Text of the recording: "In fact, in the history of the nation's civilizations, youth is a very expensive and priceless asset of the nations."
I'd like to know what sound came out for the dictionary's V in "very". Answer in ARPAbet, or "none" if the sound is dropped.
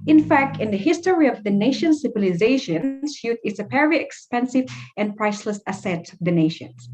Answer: P